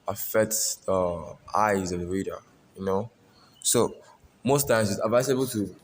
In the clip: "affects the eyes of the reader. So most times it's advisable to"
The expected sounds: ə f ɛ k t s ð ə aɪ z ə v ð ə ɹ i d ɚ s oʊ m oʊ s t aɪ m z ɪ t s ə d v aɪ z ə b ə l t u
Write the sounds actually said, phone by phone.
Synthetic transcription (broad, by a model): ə f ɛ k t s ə aɪ z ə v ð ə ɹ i d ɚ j oʊ m oʊ s t aɪ m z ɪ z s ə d v aɪ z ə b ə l t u